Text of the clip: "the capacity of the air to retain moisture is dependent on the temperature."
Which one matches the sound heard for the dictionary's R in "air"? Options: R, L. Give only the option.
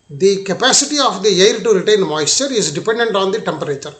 L